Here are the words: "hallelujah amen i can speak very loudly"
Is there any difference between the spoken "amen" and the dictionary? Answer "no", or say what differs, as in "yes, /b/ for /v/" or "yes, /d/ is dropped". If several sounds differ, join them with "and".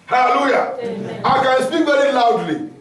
yes, /m/ is dropped